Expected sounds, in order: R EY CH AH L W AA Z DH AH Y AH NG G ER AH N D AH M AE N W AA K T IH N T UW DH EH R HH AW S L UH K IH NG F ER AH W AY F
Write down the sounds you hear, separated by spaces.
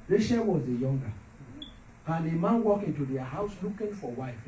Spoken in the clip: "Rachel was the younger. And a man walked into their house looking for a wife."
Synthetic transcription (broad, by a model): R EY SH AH W AA Z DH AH Y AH NG G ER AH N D AH M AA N W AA K IH N T UW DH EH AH HH AW S L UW K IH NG F AH W AY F